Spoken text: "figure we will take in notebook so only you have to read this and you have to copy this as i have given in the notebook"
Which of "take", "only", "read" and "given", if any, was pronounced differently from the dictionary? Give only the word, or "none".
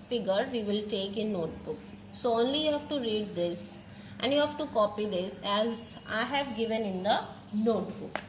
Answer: none